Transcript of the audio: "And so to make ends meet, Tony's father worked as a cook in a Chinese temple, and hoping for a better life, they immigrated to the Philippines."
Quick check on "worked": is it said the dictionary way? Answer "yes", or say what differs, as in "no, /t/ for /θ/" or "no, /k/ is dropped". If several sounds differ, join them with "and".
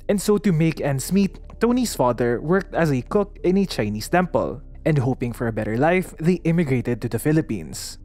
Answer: yes